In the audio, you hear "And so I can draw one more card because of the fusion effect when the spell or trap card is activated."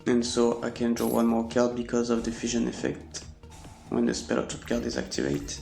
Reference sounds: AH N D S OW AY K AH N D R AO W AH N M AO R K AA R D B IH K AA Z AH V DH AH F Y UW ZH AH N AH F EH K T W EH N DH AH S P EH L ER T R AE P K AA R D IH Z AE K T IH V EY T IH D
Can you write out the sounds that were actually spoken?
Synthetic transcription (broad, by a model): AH N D S OW AY K AH N D R AO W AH N M AO R K AA R D B IH K AA Z AH V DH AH F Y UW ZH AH N AH F EH K T W EH N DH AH S P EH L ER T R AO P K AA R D IH Z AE K T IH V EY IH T